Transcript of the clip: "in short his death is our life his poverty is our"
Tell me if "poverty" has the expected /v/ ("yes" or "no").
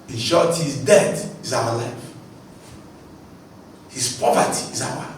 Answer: no